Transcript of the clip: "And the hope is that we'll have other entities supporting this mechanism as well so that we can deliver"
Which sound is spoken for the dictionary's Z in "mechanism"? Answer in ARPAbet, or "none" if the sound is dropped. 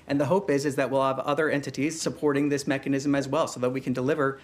Z